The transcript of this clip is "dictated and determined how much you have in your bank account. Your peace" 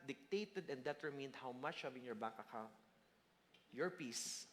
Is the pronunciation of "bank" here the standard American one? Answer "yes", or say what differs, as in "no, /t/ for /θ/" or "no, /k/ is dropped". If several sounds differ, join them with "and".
no, /ŋ/ is dropped